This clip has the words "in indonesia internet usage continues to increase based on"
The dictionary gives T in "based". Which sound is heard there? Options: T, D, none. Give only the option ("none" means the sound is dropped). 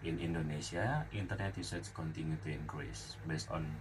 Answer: T